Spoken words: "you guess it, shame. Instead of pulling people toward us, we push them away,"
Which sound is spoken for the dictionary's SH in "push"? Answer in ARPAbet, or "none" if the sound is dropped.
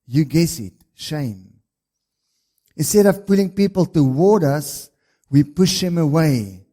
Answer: SH